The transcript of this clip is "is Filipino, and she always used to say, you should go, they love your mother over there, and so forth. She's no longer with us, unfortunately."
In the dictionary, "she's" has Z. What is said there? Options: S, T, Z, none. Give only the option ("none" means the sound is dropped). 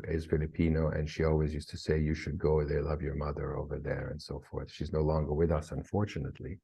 Z